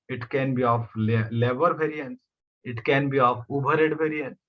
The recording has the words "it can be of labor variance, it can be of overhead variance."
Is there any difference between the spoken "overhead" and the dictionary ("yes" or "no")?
yes